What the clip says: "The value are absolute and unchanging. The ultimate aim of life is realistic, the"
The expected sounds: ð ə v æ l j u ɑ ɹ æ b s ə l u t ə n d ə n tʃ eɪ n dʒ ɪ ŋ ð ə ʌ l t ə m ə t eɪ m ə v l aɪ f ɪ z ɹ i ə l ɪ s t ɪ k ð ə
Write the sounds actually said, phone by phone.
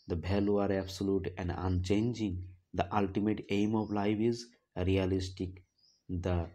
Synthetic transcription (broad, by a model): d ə b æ l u ɑ ɹ æ b s ə l u t ə n d ə n tʃ eɪ n dʒ ɪ ŋ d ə ʌ l t ə m ə t eɪ m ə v l aɪ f ɪ z ɹ i ə l ɪ s t ɪ k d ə